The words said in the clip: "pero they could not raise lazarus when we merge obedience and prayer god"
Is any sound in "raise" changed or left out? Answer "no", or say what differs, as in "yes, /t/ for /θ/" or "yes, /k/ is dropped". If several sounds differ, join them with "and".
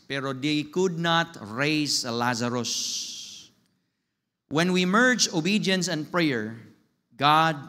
yes, /s/ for /z/